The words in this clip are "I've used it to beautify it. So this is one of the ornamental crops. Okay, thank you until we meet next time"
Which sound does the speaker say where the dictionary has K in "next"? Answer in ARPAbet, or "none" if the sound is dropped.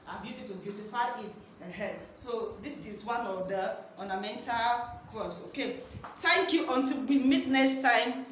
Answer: none